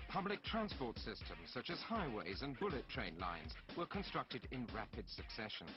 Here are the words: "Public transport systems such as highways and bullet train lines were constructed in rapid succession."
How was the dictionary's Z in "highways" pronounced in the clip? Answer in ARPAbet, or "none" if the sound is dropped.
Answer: Z